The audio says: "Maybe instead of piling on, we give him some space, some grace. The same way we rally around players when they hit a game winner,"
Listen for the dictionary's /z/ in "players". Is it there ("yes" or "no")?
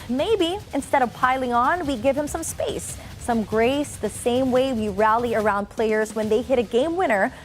yes